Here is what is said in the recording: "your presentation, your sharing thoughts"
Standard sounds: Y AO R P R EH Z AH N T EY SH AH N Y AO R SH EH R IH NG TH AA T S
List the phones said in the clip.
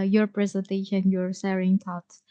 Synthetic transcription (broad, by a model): Y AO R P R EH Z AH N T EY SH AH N Y AO R S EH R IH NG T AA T